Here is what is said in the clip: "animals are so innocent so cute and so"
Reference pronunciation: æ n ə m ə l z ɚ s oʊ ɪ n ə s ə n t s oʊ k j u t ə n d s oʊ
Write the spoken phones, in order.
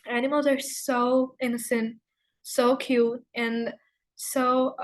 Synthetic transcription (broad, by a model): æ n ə m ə l z ɚ s oʊ ɪ n ə s ə n t s oʊ k j u t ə n s oʊ